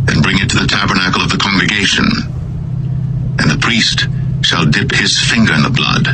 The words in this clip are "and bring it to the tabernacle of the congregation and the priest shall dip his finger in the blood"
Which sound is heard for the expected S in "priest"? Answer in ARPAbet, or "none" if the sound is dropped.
S